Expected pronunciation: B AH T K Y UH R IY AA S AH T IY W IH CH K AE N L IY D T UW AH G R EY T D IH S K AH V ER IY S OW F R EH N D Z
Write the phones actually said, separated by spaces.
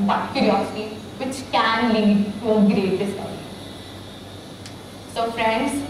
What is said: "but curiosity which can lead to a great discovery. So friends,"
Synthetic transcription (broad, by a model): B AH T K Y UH R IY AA S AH T IY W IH CH K AE N L IY D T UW G R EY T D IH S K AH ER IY S OW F R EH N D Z